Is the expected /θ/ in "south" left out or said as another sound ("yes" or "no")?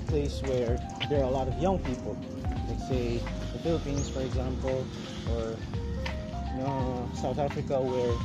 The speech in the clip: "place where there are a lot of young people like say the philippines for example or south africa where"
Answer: no